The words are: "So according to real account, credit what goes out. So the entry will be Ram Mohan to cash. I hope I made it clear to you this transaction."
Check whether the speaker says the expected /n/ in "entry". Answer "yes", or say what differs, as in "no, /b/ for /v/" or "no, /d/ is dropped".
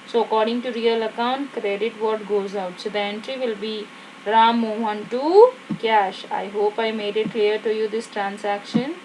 yes